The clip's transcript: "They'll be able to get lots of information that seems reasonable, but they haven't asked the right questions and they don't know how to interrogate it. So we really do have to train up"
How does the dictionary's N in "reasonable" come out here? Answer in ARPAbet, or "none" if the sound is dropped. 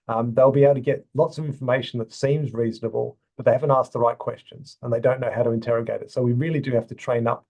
N